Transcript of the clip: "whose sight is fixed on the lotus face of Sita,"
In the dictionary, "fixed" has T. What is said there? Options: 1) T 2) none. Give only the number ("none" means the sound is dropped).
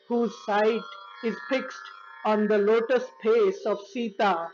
1